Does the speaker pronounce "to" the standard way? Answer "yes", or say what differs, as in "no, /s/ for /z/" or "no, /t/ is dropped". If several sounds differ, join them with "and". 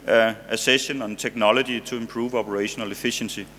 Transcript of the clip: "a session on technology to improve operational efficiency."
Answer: no, /s/ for /t/